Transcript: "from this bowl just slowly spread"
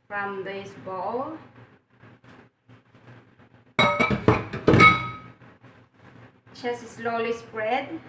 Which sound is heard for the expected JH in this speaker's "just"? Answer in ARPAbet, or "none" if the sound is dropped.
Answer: CH